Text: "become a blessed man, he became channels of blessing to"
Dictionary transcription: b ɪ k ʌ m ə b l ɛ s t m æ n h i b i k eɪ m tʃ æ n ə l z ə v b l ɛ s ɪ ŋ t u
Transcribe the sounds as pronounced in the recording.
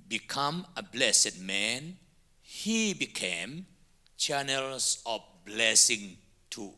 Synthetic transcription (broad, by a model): b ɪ k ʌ m ə b l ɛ s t m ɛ n h i b i k eɪ m tʃ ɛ n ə l s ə f b l ɛ s ɪ ŋ t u